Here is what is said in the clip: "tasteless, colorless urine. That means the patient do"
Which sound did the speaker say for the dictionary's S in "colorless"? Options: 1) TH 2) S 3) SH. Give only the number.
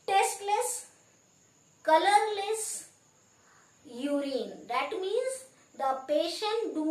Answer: 2